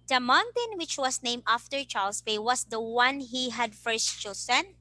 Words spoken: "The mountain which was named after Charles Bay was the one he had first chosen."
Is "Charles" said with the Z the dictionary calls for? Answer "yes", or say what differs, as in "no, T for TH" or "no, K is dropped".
no, S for Z